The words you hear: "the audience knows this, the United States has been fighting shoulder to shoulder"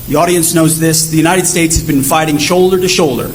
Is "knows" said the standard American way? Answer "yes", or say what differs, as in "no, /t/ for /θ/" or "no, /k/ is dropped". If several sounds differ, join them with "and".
yes